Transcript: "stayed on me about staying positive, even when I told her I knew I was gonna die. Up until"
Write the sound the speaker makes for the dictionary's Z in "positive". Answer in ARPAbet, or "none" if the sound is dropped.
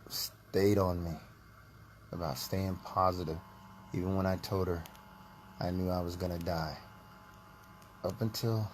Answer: Z